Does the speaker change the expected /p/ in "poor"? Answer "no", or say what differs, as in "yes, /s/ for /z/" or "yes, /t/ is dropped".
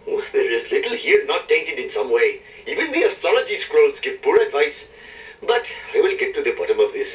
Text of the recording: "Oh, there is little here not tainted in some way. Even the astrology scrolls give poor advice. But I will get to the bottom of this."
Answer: no